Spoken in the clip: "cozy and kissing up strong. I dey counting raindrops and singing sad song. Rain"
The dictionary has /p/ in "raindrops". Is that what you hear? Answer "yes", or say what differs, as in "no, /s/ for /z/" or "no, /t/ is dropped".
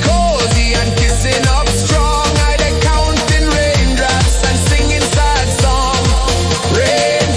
no, /p/ is dropped